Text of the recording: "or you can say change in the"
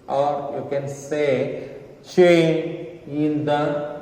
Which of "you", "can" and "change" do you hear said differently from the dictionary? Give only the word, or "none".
change